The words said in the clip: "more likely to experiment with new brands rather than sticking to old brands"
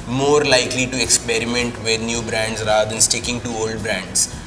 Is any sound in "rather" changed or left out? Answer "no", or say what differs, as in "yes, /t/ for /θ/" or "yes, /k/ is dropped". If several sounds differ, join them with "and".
yes, /ð/ is dropped